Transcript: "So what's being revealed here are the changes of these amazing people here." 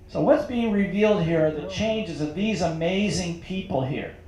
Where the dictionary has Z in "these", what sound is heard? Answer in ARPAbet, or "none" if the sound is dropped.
Z